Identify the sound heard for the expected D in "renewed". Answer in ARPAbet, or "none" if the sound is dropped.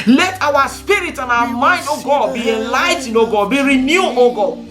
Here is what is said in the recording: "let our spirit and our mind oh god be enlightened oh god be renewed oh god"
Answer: none